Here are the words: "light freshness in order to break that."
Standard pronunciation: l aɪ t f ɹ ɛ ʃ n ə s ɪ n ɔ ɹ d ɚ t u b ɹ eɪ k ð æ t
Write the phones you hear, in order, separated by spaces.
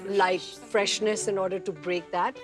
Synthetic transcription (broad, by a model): l aɪ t f ɹ ɛ ʃ n ə s ɪ n ɔ ɹ d ɚ t u b ɹ eɪ k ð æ t